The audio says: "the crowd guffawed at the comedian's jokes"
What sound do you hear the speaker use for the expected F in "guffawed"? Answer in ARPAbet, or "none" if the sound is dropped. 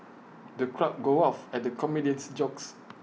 none